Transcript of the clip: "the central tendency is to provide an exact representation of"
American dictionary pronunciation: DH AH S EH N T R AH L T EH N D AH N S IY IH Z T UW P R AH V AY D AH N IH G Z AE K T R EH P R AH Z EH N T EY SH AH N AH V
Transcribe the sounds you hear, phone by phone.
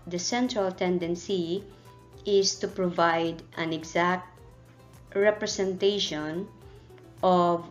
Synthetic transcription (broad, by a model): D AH S EH N T R AH L T EH N D AH N S IY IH S T UW P R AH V AY D AH N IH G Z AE K T R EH P R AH S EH N T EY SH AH N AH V